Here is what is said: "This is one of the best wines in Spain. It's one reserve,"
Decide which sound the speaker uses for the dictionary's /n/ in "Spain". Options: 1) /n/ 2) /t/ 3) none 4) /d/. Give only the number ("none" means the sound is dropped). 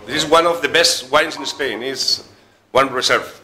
1